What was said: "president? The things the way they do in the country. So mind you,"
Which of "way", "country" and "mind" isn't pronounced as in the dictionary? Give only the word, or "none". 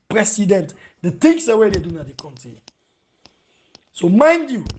country